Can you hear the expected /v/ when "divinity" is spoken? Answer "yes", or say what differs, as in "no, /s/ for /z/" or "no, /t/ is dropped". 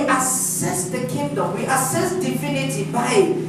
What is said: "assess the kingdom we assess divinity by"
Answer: no, /f/ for /v/